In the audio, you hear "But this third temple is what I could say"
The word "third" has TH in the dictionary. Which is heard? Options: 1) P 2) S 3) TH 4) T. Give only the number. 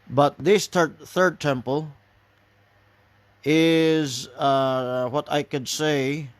3